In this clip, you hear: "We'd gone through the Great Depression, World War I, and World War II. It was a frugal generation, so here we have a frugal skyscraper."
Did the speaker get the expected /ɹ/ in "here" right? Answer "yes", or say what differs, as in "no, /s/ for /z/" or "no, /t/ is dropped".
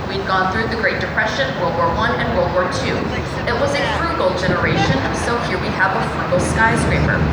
yes